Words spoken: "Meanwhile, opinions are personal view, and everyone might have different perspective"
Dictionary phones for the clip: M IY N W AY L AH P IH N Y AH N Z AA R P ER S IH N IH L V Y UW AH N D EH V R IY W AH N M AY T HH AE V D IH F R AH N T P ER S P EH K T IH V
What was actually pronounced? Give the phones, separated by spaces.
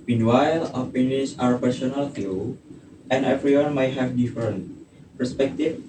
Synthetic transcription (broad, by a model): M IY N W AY L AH F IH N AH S AA R P ER S IH N IH L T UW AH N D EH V R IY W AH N M AY T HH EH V D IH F R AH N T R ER S P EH K T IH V